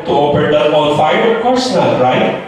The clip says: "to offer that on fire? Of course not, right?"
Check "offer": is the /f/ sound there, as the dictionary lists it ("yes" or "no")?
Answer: no